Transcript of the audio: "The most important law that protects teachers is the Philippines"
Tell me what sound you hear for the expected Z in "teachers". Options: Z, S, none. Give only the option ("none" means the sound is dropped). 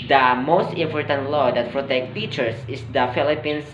S